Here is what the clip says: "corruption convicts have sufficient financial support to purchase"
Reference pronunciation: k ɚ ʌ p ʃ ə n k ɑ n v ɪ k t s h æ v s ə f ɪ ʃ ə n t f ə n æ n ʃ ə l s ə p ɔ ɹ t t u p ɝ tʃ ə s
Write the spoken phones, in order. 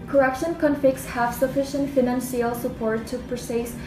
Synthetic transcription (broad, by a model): k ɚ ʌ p ʃ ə n k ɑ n f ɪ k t s h æ v s ə f ɪ ʃ ə n t f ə n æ n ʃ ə l s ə p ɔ ɹ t t u p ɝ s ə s